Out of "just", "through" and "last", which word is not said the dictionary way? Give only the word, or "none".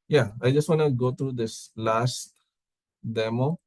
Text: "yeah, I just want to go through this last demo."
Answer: through